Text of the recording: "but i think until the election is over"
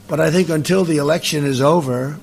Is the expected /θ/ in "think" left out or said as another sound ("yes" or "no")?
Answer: no